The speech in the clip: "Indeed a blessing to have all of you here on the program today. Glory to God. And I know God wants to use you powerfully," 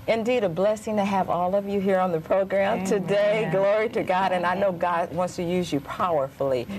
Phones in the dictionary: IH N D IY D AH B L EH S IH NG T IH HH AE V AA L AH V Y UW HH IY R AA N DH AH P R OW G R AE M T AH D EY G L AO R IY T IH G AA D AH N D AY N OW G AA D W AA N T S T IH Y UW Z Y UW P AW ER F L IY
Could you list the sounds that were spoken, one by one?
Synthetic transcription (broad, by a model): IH N D IY D AH B L EH S IH NG T IH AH V AA L AH V Y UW HH IY R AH N DH AH P R OW G R AE M T AH D EY G L AO R IY T IH G AA D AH N AY N OW G AA D W AA N T S T IH Y UW Z Y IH P AW ER F L IY